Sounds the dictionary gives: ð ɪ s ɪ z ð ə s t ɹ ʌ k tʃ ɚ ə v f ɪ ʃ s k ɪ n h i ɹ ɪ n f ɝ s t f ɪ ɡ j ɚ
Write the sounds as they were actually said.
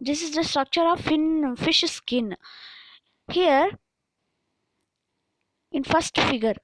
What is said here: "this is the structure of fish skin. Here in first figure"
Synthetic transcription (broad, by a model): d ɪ s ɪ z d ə s t ɹ ʌ k tʃ ɚ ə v f ɪ ʃ s k ɪ n h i ɹ ɪ n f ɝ s t f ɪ ɡ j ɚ